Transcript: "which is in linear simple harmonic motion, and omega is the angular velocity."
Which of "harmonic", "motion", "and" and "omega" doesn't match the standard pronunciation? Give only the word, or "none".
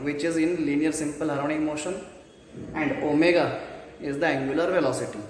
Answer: harmonic